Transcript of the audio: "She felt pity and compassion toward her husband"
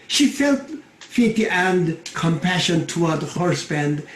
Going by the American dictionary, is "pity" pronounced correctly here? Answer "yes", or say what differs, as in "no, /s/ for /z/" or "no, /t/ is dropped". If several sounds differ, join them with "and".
no, /f/ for /p/